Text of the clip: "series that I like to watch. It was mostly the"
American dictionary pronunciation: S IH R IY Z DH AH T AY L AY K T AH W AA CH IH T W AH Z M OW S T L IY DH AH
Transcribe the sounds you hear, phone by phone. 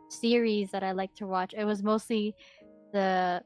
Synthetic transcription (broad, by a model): S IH R IY Z DH AH T AY L AY K T AH W AA CH IH T W AH Z M OW S T L IY DH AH